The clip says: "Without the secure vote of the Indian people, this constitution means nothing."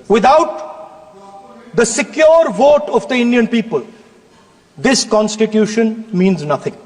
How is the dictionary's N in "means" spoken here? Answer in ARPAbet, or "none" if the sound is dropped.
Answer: N